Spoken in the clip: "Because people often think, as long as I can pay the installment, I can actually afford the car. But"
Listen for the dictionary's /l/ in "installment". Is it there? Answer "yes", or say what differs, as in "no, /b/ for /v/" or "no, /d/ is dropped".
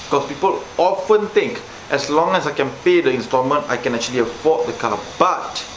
no, /l/ is dropped